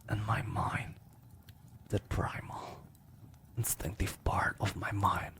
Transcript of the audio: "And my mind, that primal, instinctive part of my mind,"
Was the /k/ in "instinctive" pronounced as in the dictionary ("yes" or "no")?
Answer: yes